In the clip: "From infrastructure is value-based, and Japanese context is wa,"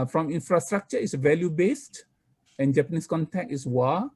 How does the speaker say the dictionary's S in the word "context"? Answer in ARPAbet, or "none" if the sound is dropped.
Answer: none